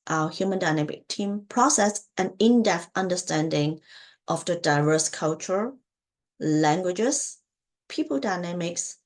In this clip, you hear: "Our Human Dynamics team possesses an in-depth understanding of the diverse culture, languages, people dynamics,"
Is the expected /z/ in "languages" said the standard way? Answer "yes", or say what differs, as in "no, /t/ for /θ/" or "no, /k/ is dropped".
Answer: no, /s/ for /z/